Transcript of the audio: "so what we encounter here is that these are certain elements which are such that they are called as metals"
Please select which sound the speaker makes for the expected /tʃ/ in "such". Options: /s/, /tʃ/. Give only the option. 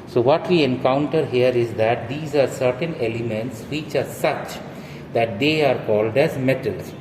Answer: /tʃ/